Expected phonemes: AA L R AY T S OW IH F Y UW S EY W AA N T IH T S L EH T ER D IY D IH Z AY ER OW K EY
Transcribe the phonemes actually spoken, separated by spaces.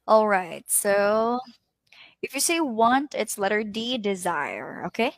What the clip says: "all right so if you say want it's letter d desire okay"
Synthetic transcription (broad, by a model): AA L R AY T S OW IH F Y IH S EY W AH N T IH T S L EH T ER D IY D IH Z AY ER OW K EY